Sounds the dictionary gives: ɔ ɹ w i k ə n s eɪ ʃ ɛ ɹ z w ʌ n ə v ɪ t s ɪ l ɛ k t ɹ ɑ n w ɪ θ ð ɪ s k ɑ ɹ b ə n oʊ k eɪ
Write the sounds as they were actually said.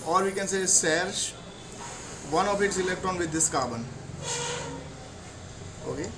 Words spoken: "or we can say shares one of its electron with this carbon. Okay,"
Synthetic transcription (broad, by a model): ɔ ɹ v i k ə n s eɪ s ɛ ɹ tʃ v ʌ n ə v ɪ t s ɪ l ɛ k t ɹ ɑ n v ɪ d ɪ s k ɑ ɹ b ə n oʊ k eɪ